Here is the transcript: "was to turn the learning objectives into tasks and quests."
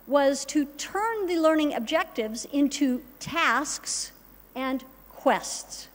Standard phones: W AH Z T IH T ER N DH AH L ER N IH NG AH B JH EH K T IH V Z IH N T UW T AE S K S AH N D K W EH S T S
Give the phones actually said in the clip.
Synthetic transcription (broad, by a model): W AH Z T IH T ER N DH AH L ER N IH NG AH B JH EH K T IH V Z IH N T UW T AE S K S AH N K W EH S T S